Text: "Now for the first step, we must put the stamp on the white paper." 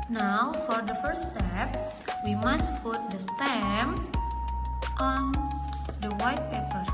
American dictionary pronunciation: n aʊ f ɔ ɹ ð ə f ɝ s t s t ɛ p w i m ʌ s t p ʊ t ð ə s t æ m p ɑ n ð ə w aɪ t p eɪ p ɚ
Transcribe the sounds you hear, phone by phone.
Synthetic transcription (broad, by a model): n aʊ f ɔ ɹ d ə f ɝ t s t ɛ p w i m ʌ s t p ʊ t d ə s t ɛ m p ɑ n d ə w aɪ t p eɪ p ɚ